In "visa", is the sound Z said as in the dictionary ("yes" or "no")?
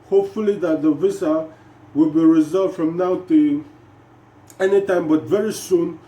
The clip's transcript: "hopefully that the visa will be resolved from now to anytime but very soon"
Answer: no